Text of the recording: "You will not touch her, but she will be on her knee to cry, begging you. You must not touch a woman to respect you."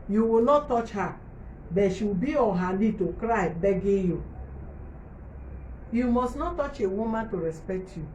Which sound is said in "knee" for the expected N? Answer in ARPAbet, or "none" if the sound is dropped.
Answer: L